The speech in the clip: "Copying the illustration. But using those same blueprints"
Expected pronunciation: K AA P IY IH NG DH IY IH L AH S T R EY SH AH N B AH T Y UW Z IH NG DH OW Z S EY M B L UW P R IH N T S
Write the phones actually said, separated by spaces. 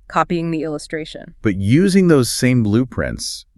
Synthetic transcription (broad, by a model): K AA P IY IH NG DH IY IH L AH S T R EY SH AH N B AH T Y UW Z IH NG DH OW Z S EY M B L UW P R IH N T S